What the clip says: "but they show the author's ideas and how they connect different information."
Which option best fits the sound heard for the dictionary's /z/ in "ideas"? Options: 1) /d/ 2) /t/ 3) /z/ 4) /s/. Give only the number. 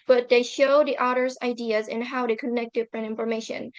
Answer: 3